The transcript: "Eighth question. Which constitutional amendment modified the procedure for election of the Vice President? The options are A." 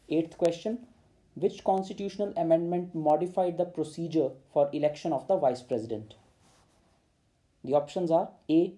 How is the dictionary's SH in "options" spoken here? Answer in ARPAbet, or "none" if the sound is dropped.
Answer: SH